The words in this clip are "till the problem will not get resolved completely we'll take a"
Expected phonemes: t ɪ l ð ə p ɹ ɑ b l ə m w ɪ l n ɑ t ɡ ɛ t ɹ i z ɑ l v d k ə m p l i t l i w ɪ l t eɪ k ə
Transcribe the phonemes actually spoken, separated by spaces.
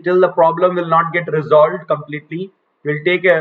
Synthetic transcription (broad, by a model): t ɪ l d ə p ɹ ɑ b l ə m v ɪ l n ɑ t ɡ ɛ t ɹ i z ɑ l v d k ə m p l i t l i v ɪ l t eɪ k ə